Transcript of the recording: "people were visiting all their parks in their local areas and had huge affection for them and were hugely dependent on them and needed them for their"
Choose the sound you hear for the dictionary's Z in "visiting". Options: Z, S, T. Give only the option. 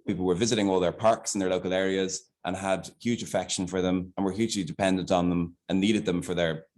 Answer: Z